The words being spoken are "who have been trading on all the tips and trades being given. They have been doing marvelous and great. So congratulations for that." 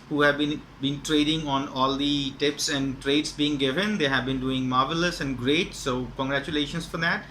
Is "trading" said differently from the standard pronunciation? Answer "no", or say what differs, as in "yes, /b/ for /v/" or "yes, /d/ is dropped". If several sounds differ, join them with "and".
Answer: no